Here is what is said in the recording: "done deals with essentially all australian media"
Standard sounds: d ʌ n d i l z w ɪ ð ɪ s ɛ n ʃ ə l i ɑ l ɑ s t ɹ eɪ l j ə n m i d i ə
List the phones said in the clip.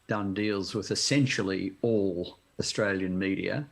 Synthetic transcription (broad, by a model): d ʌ n d i l z w ɪ ð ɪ s ɛ n ʃ l i ɑ l ɑ s t ɹ eɪ l j ə n m i d i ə